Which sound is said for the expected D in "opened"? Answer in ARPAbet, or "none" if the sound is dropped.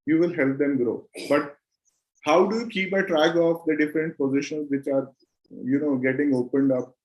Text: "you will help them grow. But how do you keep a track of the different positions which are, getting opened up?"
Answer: D